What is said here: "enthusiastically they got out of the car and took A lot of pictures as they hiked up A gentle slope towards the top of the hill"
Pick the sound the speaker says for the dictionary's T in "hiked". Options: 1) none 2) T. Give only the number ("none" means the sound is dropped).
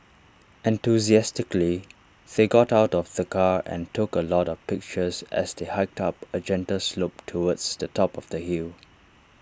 2